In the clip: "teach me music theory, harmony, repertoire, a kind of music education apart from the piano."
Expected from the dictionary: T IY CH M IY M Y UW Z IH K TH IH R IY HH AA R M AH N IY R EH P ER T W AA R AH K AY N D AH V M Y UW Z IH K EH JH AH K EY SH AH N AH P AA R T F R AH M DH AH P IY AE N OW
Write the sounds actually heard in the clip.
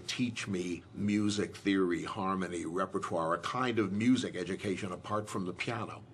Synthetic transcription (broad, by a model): T IY CH M IY M Y UW Z IH K TH IH R IY HH AA R M AH N IY R EH P ER T W AA R AH K AY N D AH V M Y UW Z IH K EH JH AH K EY SH AH N AH P AA R T F R AH M DH AH P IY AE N OW